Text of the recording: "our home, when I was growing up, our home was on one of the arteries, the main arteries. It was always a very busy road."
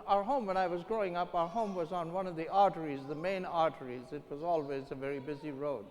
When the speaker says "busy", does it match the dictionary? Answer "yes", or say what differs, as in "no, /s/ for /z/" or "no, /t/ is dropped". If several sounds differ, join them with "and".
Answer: yes